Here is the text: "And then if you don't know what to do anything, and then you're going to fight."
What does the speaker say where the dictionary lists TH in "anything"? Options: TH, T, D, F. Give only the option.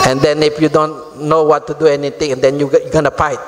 T